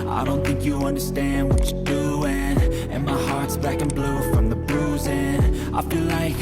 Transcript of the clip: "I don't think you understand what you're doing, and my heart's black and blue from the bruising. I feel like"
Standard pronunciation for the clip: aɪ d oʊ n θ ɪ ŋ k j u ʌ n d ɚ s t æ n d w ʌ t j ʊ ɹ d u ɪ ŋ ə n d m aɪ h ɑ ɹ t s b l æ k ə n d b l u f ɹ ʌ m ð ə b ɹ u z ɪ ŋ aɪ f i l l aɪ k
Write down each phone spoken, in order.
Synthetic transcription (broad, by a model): aɪ d oʊ n θ ɪ ŋ k j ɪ ʌ n d ɚ s t æ n d w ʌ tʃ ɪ d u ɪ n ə n m aɪ h ɑ ɹ t s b æ k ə n b l u f ɹ ʌ m ð ə b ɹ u z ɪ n aɪ f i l l aɪ k